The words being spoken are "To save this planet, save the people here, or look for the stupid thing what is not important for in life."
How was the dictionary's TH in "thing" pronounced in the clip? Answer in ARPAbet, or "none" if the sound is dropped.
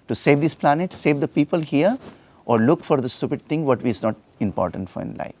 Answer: T